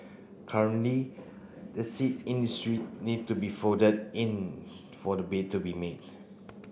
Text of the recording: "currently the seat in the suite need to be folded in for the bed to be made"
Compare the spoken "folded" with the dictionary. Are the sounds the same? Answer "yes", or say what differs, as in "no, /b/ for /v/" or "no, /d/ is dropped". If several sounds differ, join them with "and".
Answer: no, /l/ is dropped